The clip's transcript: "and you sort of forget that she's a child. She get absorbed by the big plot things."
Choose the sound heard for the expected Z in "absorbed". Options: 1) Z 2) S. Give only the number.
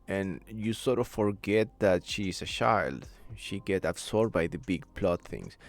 2